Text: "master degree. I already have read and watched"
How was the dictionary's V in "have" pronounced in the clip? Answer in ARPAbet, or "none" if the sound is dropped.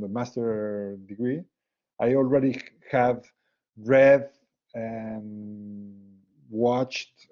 V